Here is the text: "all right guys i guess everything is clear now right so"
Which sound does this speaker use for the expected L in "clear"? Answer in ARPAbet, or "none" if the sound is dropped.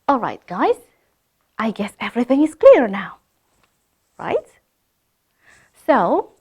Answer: L